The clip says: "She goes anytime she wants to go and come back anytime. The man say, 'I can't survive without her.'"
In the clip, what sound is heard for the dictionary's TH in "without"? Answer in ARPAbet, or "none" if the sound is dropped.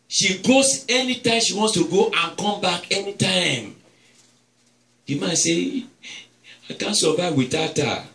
T